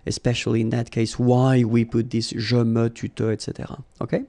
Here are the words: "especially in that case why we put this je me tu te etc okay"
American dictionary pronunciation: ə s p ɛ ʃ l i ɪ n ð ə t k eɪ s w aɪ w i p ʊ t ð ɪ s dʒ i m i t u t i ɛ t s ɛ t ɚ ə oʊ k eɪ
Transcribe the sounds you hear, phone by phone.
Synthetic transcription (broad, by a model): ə s p ɛ ʃ l i ɪ n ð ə t k eɪ s w aɪ w i p ʊ t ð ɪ s ʒ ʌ m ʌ t u t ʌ ɛ t s ɛ t ɚ ə oʊ k eɪ